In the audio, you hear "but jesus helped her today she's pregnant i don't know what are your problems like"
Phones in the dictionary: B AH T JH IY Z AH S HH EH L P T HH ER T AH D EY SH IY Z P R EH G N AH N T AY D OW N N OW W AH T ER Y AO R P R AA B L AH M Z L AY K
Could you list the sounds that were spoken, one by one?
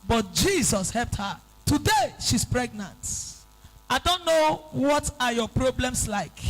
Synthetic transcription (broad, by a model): B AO T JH IY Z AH S HH EH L P T HH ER T AH D EY SH IY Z P R EH G N AH N T AY D OW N N OW W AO T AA Y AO P R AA B L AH M S L AY K